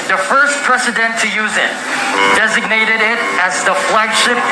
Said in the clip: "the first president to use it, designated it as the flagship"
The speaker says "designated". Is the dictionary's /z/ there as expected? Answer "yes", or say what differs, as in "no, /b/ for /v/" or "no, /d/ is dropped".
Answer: yes